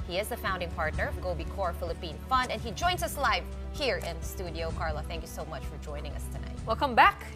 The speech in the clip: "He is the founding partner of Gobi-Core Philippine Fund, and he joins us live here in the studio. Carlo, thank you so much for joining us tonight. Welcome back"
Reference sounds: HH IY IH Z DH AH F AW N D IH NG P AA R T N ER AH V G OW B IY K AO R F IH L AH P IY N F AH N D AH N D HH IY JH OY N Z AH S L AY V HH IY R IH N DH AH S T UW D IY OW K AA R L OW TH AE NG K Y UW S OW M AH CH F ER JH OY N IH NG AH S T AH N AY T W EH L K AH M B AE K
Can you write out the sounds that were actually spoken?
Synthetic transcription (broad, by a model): HH IY IH Z DH AH F AW N D IH NG P AA R T N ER AH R G OW B IY K AO R F IH L AH P IY N F AH N D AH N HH IY JH OY N Z AH S L AY V HH IY R IH N DH AH S T UW D IY OW K AA R L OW TH AE NG K Y UW S OW M AH CH F ER JH OY N IH NG AH S T AH N AY T W EH L K AH M B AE K